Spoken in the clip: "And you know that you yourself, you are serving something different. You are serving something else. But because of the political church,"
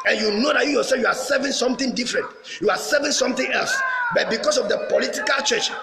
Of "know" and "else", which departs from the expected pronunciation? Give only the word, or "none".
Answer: none